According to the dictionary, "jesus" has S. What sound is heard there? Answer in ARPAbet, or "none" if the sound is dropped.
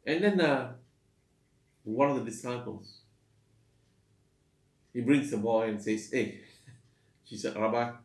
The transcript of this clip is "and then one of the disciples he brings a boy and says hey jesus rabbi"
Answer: none